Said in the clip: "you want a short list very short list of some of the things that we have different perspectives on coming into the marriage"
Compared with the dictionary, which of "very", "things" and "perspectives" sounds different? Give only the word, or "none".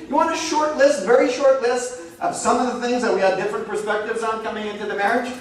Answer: none